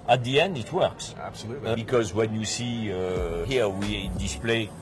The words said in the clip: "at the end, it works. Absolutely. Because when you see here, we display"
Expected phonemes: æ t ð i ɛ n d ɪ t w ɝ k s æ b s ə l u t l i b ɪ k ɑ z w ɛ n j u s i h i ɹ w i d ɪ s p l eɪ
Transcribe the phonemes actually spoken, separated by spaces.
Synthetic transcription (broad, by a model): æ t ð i ɛ n d ɪ t w ɝ k s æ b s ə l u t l b ɪ k ɑ z w ɛ n j u s i h i ɹ w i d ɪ s p l eɪ